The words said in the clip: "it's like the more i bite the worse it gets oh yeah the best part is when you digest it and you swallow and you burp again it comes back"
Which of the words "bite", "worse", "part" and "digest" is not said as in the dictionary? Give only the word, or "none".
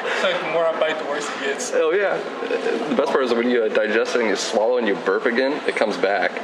worse